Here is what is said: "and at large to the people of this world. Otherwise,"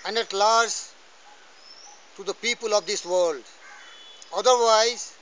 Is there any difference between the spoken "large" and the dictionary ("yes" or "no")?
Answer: yes